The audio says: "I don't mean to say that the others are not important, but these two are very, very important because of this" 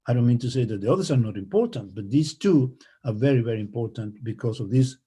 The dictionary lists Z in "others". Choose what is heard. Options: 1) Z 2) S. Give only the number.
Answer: 2